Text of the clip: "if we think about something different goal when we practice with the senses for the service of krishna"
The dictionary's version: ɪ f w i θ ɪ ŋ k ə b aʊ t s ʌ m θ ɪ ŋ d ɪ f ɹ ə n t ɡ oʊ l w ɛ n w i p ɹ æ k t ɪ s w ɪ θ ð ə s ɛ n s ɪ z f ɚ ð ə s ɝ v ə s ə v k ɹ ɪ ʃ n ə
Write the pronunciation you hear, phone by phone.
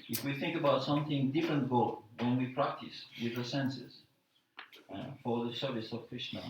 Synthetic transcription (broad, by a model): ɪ f w i θ ɪ ŋ k ə b aʊ t s ʌ m θ ɪ ŋ d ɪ f ɹ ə n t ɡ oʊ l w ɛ n w i p ɹ æ k t ɪ s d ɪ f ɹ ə s ɛ n s ɪ z f ɚ ð ə s ɝ v ə s ə v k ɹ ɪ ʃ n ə